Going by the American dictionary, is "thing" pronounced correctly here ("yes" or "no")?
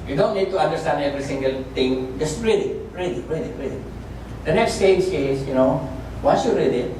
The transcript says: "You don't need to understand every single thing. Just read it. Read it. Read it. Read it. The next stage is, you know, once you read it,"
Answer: no